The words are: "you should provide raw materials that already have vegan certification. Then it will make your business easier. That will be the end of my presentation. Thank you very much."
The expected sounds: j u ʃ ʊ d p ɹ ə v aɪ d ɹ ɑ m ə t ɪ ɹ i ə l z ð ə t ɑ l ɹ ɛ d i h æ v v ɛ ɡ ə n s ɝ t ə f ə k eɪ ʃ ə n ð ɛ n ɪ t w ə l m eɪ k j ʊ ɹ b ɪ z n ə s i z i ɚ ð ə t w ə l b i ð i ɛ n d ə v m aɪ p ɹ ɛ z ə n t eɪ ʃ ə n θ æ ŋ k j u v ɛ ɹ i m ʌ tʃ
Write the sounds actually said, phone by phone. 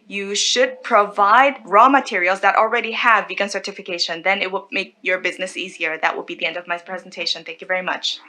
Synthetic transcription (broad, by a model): j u ʃ ʊ d p ɹ ə v aɪ d ɹ ɑ m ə t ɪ ɹ i l z ð ə t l ɹ ɛ d i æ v v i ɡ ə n s ɝ t ə f ə k eɪ ʃ ə n ð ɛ n ɪ t w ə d m eɪ k j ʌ ɹ b ɪ z n ə s i z i ɚ ð ə t w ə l b i ð i ɛ n d ə v m aɪ p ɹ ɛ z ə n t eɪ ʃ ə n θ æ ŋ k j u v ɛ ɹ i m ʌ tʃ